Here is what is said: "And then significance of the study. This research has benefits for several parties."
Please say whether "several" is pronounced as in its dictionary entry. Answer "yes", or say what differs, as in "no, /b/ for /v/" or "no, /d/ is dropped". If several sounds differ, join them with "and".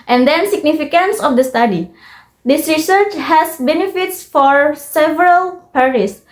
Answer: yes